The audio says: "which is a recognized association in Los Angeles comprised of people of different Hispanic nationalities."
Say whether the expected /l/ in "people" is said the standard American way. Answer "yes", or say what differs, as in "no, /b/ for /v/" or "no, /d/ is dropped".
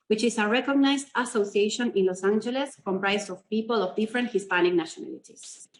yes